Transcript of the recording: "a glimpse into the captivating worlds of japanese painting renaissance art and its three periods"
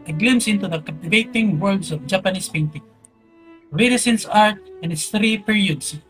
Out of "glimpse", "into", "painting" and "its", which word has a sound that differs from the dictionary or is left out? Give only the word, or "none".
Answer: glimpse